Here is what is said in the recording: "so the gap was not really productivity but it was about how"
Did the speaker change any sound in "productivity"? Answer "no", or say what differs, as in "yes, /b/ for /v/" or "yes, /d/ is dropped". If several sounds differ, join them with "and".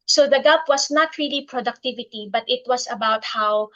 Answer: no